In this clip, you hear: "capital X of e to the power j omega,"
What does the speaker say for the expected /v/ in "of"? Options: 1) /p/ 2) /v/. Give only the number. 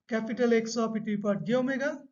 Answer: 1